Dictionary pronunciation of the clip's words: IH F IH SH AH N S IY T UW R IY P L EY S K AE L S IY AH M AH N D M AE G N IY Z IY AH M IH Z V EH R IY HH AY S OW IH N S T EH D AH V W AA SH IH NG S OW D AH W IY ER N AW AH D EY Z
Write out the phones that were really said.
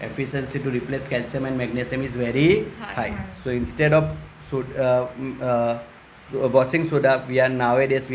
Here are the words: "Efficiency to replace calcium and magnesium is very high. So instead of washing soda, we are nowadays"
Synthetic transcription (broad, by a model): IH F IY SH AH N S IY T UW R IY P L EY S K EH L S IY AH M AH N D M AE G N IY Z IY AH M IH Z V EH R IY HH AY S OW IH N S T EH D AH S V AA S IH NG S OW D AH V IY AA N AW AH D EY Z